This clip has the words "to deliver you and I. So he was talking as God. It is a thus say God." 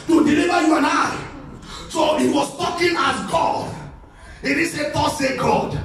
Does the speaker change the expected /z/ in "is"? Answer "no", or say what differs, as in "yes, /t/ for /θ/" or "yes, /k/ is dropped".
yes, /s/ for /z/